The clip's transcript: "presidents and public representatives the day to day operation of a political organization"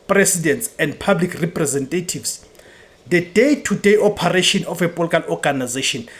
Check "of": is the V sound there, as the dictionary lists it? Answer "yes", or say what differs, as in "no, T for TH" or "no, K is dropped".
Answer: no, F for V